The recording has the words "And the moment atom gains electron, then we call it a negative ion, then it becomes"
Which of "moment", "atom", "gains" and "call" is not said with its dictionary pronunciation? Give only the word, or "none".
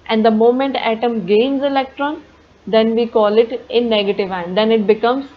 none